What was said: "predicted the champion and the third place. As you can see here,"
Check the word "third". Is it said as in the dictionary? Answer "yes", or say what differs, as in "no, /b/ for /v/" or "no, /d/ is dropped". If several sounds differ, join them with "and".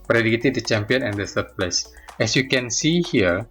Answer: no, /s/ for /θ/